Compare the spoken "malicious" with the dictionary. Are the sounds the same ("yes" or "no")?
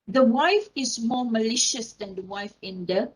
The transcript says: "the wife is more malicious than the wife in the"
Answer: yes